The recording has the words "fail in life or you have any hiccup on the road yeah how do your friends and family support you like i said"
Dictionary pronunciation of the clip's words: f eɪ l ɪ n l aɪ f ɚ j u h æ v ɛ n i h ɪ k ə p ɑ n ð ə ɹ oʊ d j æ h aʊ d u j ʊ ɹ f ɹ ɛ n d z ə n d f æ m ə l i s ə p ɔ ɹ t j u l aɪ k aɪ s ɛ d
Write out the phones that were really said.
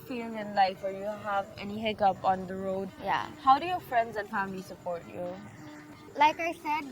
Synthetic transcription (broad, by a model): f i l ɪ n l aɪ f ɚ j u h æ v ɛ n i h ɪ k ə p ɑ n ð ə ɹ oʊ d j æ h aʊ d u j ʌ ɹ f ɹ ɛ n d z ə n f æ m ə l i s ə p ɔ ɹ t j u l aɪ k aɪ s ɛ d